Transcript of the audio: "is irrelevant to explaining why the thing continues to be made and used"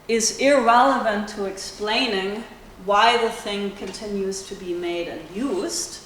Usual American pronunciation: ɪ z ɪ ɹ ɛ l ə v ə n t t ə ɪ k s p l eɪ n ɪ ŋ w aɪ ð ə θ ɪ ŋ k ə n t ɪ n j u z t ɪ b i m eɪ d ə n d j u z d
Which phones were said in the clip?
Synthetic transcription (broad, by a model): ɪ z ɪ ɹ ɛ l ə v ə n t t ə ɪ k s p l eɪ n ɪ ŋ w aɪ ð ə θ ɪ ŋ k ə n t ɪ n j u z t ɪ b i m eɪ d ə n j u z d